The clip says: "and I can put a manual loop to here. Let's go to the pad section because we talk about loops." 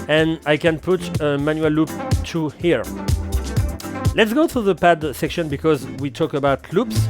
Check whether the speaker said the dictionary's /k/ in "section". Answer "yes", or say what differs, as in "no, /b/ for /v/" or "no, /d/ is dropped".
yes